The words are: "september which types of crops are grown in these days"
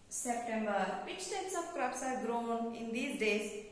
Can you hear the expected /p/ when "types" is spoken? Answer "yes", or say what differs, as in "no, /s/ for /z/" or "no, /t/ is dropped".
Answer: no, /p/ is dropped